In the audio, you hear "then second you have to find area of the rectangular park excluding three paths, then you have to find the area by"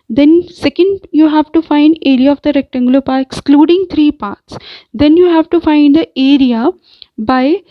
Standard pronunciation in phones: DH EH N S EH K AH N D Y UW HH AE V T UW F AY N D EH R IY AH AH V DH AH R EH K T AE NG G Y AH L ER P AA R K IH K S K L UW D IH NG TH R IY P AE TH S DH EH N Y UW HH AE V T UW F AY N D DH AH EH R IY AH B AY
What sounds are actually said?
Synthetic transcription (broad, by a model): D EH N S EH K AH N D Y UW HH AE V T UW F AY N D EH R IY AH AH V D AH R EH K T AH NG G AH L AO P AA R IH K S K L UW D IH NG T R IY P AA T S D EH N Y UW HH AE V T UW F AY N D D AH EH R IY AH B AY